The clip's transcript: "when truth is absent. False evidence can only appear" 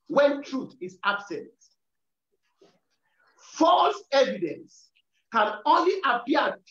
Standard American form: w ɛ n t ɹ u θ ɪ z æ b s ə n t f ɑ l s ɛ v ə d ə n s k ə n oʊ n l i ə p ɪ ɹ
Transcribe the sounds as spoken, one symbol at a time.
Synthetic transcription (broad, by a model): w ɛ n t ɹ u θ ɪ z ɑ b s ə n t f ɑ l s ɛ v ə d ə n s k ə n oʊ n l i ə p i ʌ